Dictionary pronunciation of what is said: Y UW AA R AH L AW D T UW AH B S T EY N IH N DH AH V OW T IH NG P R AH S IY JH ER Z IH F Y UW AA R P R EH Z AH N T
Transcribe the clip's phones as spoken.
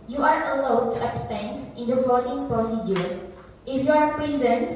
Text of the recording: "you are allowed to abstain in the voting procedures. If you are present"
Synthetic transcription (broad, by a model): Y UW AA R AH L AW D T UW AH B S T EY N IH N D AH F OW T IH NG P R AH S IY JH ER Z IH F Y UW AA R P R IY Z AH N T